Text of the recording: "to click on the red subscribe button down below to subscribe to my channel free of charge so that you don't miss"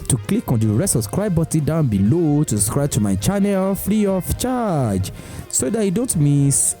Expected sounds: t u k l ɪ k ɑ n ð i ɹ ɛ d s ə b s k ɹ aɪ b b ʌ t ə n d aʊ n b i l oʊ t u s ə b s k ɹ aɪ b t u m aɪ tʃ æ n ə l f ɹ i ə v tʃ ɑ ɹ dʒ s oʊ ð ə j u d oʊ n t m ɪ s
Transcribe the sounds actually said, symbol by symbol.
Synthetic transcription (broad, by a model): t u k l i k ɑ n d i ɹ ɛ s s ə s k ɹ aɪ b b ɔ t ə d aʊ n b i l oʊ t u s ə s k ɹ aɪ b t u m aɪ tʃ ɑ n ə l f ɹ i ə f tʃ ɑ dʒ s oʊ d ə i d oʊ n t m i s